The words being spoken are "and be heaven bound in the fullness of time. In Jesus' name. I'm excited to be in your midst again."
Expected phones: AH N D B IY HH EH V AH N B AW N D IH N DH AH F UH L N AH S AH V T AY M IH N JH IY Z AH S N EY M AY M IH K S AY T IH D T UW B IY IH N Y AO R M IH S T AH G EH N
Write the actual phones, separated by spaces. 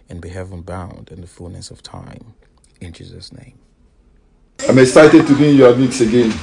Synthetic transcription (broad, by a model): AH N B IY HH EH V AH N B AW N D IH N DH AH F UH L N AH S AH V T AY M IH N JH IY Z AH S N EY M AY M IH K S AY T IH D T UW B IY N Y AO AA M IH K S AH G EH N